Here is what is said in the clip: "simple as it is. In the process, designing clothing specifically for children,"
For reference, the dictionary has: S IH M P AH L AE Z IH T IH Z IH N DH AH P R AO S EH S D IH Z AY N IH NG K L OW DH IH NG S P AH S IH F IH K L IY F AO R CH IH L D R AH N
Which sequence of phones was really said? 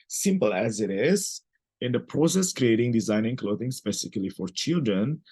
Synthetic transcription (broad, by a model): S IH M P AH L AE Z IH T IH Z IH N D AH P R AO S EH S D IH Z AY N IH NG K L OW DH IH NG S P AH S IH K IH L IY F AO R CH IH L D R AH N